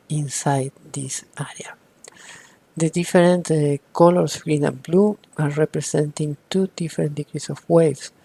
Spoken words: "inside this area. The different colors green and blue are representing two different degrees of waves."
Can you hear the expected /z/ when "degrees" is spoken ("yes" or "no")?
no